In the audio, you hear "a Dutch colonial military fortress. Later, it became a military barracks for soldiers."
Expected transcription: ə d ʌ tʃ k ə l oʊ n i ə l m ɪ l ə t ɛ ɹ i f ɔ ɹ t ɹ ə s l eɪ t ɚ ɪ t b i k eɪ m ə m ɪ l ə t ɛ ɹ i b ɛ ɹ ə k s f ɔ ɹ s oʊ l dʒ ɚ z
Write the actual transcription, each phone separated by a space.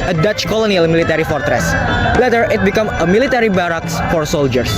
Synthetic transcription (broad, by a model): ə d ʌ tʃ k ə l oʊ n i ə l m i l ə t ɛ ɹ i f ɔ ɹ t ɹ ə s l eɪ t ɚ ɪ t b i k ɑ m ə m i l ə t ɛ ɹ i b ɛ ɹ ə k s f ɔ ɹ s oʊ l dʒ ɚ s